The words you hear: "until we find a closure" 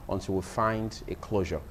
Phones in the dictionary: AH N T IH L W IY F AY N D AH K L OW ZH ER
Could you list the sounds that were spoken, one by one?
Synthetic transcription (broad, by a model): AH N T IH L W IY F AY N D AH K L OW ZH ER